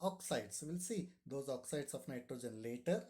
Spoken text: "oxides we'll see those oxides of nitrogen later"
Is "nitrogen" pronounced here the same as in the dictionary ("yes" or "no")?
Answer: yes